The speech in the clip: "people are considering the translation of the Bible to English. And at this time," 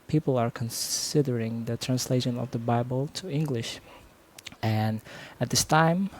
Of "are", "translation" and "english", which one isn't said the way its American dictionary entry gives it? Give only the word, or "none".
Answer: none